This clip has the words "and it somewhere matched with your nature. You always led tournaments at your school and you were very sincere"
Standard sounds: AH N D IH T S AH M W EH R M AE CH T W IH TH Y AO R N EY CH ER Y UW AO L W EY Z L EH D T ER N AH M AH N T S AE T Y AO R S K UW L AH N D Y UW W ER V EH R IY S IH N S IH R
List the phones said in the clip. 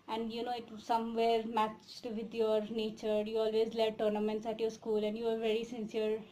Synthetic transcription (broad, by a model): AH N D IH T S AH M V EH R M AE CH T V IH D Y AO R N EY CH ER Y UW AO L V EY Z L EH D T ER N AH M AH N T S AE T Y AO R S K UW L AH N D Y UW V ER V EH R IY S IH N S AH R